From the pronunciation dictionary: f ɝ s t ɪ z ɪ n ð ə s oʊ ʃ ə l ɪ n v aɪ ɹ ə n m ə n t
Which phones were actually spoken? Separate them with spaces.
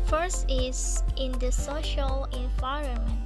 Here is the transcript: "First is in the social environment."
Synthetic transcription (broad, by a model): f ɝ s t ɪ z ɪ n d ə s oʊ ʃ ə l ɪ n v aɪ ɹ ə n m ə n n